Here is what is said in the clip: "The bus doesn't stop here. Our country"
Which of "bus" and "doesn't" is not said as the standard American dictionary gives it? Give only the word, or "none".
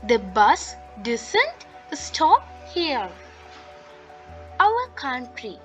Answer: doesn't